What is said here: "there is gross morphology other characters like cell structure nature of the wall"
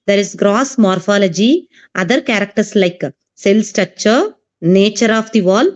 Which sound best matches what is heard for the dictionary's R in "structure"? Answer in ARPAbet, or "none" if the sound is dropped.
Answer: none